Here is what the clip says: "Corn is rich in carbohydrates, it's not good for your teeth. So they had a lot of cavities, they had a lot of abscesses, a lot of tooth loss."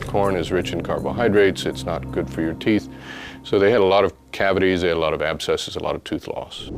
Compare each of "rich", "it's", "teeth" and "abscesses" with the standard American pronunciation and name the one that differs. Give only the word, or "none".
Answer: none